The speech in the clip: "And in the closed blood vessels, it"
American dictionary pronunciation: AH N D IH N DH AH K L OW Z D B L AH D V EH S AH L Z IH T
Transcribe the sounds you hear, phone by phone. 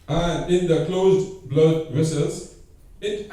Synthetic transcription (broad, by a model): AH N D IH N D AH K L OW Z D B L AH D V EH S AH L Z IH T